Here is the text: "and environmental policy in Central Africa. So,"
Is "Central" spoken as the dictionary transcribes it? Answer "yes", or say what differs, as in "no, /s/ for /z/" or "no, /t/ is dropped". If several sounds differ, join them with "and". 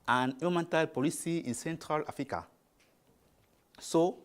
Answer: yes